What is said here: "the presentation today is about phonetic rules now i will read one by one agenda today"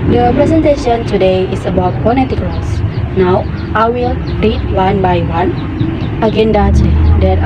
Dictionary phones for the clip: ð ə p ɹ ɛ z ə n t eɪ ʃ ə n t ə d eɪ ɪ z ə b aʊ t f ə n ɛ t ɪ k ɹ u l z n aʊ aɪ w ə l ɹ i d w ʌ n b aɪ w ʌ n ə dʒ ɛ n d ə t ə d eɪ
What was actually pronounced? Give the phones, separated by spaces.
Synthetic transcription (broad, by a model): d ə p ɹ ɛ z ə n t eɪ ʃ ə n t ə d eɪ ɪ s ə b aʊ t p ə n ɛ t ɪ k l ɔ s n aʊ aɪ w ə l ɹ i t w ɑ n b aɪ w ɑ n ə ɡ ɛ n d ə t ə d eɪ